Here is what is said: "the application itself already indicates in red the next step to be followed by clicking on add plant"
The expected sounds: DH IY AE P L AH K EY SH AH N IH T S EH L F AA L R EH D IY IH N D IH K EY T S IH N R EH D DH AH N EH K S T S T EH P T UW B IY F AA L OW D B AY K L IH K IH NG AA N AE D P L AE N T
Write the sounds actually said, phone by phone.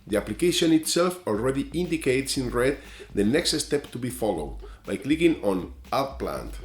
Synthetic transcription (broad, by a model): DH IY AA P L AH K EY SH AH N IH T S EH L F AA L R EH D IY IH N D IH K EY T S IH N R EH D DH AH N EH K S T S T EH P T UW B IY F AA L OW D B AY K L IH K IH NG AA N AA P L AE N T